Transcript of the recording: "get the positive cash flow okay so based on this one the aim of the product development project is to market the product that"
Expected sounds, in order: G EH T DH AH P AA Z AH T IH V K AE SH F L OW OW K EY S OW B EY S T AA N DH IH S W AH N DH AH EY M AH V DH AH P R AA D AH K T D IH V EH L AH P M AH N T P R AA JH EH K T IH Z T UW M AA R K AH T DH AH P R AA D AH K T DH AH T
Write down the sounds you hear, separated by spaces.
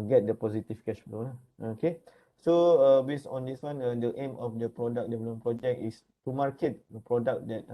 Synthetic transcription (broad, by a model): G EH T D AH P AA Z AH T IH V K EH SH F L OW OW K EY S OW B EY S AA N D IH S W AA N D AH EY M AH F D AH P R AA D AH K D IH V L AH M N P R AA JH EH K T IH S T UW M AA R K AH T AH P R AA D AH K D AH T